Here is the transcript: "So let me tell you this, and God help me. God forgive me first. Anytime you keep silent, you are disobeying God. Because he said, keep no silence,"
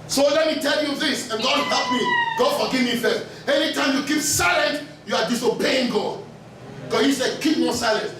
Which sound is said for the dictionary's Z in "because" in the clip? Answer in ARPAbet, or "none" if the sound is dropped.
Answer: none